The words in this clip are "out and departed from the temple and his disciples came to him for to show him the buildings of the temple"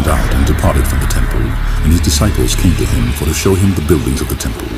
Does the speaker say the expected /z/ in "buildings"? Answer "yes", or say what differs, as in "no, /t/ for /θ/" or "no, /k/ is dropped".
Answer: yes